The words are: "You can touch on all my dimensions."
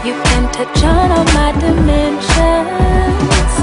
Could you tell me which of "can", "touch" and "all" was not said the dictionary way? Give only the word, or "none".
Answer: all